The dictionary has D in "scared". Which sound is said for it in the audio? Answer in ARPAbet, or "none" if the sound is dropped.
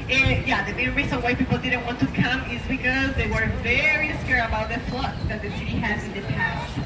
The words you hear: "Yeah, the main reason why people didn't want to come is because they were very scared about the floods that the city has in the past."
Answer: none